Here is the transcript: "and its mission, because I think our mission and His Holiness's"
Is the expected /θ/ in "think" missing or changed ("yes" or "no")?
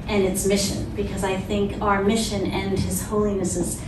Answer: no